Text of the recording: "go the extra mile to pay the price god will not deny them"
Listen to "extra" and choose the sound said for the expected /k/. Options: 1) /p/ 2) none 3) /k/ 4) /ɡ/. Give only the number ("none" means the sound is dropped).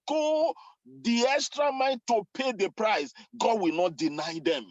3